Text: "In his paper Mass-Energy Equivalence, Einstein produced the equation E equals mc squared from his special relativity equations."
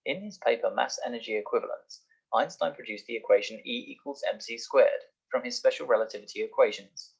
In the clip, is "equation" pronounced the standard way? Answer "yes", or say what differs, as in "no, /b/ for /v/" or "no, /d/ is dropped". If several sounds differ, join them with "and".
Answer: yes